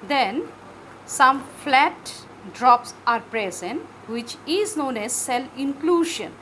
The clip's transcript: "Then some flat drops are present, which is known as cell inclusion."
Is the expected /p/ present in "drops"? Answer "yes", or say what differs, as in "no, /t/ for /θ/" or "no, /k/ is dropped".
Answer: yes